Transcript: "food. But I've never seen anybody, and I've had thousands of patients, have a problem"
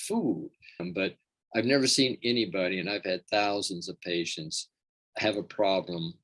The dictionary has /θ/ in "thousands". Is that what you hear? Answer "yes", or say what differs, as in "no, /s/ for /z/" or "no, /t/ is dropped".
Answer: yes